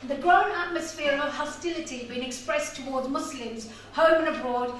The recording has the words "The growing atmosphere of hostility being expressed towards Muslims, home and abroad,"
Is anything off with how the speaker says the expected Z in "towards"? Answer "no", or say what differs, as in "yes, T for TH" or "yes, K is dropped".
no